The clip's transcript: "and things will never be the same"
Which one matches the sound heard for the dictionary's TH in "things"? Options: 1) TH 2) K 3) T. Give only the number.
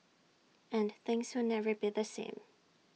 1